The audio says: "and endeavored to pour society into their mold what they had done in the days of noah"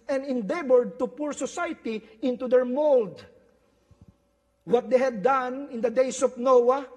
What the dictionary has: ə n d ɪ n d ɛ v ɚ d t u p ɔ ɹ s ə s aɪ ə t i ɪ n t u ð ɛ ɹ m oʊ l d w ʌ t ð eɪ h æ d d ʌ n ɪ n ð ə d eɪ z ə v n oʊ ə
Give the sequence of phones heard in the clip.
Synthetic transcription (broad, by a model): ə n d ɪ n d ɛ b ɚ d t u p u ɹ s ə s aɪ t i ɪ n t u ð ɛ ɹ m oʊ l d w ʌ t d eɪ h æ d d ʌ n ɪ n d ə d eɪ s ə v n oʊ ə